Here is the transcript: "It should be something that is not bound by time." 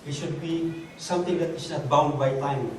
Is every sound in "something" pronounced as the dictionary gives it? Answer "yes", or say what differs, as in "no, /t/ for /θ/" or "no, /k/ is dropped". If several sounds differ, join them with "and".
no, /t/ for /θ/